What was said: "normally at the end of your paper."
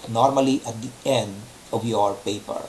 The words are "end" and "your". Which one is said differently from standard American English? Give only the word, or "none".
none